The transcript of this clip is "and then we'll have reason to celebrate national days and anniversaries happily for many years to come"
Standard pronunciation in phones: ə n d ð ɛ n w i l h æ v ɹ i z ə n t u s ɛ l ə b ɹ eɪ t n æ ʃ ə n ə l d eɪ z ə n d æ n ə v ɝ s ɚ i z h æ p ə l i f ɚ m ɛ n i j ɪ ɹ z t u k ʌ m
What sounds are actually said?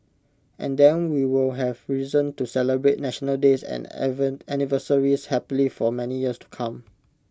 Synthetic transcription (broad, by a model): ə n d ɛ n w i l h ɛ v ɹ i z ə n t u s ɛ l ə b ɹ eɪ t n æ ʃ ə n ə l d eɪ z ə n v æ n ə v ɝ s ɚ i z h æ p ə l i f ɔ m ɛ n i j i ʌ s t u k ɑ m